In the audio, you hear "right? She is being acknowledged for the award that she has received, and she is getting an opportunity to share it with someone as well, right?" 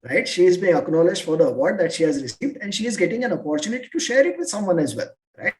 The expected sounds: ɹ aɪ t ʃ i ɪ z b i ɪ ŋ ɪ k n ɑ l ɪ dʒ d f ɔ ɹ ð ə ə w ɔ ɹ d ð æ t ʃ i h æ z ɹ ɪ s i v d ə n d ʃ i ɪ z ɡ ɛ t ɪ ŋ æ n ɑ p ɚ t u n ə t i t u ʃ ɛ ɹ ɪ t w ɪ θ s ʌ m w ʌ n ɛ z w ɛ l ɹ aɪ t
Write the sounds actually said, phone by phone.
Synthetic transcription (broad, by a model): ɹ aɪ t ʃ i ɪ z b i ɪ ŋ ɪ k n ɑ l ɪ dʒ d f ɔ ɹ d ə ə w ɔ ɹ d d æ t ʃ i h æ z ɹ ɪ s i v d ə n d ʃ i ɪ z ɡ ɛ t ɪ ŋ æ n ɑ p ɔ t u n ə t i t u ʃ ɛ ɹ ɪ t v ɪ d s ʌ m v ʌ n ɛ z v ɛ l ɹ aɪ t